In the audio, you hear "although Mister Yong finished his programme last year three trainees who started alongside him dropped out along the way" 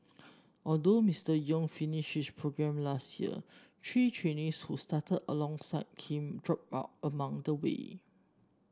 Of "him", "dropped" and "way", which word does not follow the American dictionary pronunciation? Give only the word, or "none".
dropped